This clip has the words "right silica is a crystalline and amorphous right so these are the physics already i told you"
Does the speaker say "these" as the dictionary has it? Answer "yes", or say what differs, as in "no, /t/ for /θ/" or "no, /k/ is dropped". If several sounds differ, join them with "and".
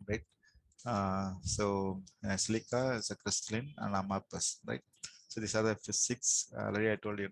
no, /s/ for /z/